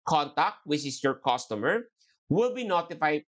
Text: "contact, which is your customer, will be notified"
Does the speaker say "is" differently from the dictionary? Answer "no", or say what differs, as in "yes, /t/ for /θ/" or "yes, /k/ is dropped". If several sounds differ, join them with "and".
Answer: yes, /s/ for /z/